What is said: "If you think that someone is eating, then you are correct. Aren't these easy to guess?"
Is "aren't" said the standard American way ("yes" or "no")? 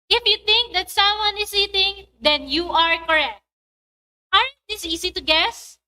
no